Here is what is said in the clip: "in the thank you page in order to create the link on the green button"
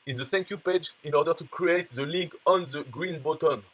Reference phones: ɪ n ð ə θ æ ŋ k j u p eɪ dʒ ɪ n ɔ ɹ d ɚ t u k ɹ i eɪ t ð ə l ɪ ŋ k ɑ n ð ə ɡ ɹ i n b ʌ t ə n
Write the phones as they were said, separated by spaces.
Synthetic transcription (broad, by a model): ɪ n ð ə s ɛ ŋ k j u p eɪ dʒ ɪ n ɔ ɹ d ɚ t u k ɹ i eɪ t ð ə l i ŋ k ɑ n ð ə ɡ ɹ i n b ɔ t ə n